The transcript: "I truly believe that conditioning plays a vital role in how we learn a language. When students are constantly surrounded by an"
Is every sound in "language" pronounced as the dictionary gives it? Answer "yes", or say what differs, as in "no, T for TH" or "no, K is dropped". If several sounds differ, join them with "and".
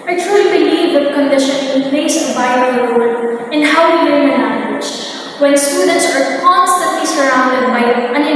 no, N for L